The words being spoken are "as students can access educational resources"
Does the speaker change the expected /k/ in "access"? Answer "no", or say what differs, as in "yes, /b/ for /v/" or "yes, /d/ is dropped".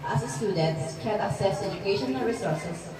yes, /k/ is dropped